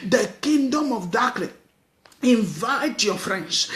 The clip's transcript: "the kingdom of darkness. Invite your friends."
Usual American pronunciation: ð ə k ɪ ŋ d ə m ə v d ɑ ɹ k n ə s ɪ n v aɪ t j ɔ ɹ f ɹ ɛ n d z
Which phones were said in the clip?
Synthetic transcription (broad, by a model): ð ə k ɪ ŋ d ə m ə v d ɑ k l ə ɪ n v aɪ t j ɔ f ɹ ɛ n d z